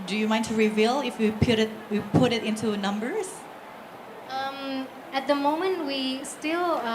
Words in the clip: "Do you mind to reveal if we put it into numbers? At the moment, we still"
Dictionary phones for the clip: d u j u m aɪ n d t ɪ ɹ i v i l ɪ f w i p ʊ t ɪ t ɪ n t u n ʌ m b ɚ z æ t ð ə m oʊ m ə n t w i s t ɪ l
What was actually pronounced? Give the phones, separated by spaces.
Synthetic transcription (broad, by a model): d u j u m aɪ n t ɪ ɹ i v i l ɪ f w i p ʊ t ɪ t ɪ n t u n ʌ m b ɚ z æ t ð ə m oʊ m ə n t w i s t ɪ l